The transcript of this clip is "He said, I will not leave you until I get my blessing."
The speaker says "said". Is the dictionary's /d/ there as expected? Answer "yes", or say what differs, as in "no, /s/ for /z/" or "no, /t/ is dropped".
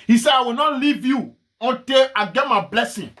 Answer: no, /d/ is dropped